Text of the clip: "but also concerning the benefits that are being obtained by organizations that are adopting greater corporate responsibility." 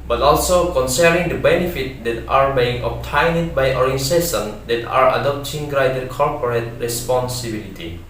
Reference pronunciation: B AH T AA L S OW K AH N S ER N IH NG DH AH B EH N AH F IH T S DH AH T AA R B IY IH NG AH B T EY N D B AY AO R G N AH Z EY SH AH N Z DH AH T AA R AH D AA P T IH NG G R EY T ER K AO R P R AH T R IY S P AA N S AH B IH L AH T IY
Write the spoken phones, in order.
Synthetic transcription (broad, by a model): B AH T AA L S OW K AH N S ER N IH NG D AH B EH N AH F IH T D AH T AA R B IY IH NG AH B T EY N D B AY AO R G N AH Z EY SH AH N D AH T AA R AH D AA P T IH NG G R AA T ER K AO R P R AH T R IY S P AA N S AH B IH L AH T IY